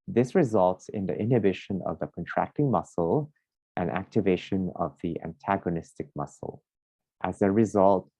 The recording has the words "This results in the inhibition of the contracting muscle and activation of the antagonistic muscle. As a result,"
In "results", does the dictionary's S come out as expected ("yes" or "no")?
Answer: yes